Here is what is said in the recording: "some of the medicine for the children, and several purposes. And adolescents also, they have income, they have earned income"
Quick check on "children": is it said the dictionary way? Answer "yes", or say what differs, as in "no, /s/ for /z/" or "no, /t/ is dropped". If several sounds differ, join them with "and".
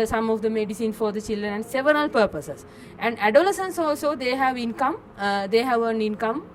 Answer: yes